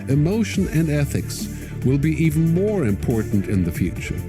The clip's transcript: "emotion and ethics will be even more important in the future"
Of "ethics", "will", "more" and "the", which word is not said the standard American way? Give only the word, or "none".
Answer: none